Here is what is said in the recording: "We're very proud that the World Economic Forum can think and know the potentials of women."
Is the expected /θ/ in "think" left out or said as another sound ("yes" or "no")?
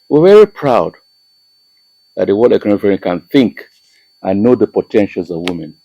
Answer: no